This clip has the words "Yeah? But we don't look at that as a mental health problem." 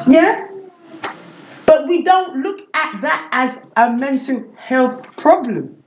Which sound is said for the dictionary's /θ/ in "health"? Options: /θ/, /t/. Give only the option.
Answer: /θ/